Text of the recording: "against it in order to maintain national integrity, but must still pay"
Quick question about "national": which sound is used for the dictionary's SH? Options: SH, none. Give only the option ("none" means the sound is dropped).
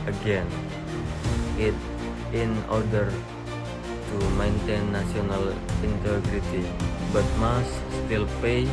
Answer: none